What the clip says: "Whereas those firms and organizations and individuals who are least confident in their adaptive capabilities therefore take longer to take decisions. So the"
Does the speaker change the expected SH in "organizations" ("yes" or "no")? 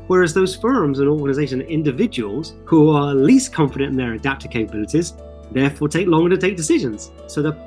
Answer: yes